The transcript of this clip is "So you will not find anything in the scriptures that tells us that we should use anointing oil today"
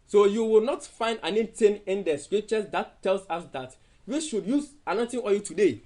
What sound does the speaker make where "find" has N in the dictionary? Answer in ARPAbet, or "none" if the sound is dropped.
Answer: N